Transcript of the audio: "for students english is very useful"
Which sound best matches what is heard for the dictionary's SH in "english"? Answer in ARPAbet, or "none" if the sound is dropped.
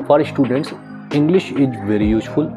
SH